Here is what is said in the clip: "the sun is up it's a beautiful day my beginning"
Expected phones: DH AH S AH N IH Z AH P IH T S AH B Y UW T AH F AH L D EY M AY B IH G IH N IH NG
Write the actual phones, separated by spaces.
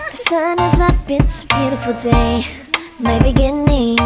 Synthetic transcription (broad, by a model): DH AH S AH N IH Z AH B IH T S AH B Y UW T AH F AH L D EY M AY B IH G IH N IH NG